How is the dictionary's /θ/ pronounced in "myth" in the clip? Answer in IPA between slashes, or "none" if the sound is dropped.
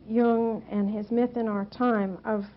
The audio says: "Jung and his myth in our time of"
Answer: /θ/